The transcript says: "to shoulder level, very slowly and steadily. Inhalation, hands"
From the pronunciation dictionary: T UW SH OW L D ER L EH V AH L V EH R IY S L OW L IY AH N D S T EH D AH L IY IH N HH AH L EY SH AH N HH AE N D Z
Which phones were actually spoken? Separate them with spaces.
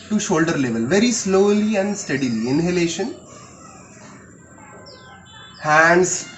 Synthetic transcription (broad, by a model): T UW SH OW L D ER L EH V AH L V EH R IY S L OW L IY AH N D S T EH D AH L IY IH N HH AH L EY SH AH N HH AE N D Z